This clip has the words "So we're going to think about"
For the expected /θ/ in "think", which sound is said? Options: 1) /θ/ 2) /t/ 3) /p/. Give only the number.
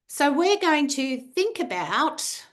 1